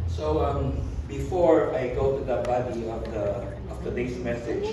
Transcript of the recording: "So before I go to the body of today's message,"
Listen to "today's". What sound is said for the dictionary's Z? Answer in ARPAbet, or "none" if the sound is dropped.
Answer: S